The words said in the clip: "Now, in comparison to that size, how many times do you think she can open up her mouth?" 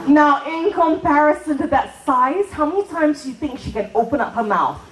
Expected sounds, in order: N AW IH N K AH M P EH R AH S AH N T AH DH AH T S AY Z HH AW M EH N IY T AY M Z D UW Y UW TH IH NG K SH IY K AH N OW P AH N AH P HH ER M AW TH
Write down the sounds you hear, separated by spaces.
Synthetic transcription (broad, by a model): N AW IH N K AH M P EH R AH S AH N T AH DH AH T S AY Z HH AW M EH N IY T AY M Z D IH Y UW TH IH NG K SH IY K AH N OW P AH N AH P HH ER M AW TH